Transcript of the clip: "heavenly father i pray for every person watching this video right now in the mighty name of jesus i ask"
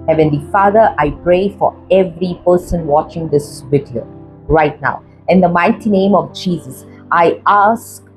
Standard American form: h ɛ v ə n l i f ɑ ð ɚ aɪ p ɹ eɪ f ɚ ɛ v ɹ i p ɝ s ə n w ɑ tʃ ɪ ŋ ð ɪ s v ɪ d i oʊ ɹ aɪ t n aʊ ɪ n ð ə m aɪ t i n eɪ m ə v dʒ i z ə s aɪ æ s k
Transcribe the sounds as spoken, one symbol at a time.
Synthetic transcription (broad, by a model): h ɛ v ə n l i f ɑ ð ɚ aɪ p ɹ eɪ f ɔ ɛ v ɹ i p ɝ s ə n w ɑ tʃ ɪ ŋ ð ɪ s w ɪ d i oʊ ɹ aɪ t n aʊ ɪ n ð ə m aɪ t i n eɪ m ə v dʒ i z ə s aɪ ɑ s k